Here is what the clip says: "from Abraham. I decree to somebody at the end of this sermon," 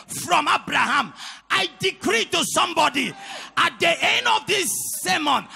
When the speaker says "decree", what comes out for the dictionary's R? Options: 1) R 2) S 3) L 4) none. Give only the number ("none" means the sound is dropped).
1